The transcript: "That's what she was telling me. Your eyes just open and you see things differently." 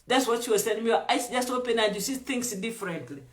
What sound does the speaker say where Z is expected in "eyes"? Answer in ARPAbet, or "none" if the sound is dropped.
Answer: S